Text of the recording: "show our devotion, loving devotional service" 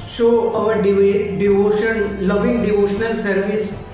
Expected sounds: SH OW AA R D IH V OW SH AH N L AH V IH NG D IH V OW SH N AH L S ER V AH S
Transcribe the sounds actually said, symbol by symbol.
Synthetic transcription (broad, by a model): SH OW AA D D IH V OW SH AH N L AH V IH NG D IH V OW SH N AH L S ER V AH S